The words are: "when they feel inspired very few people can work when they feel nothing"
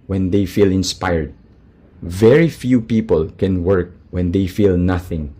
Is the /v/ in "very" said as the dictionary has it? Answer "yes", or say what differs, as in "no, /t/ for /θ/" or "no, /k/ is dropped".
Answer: yes